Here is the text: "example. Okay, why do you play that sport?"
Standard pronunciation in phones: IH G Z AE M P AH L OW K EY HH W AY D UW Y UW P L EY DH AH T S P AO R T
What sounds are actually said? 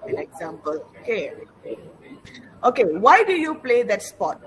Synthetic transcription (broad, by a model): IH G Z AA M P AH L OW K EY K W AY D UW Y UW P L EY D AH T S P AO T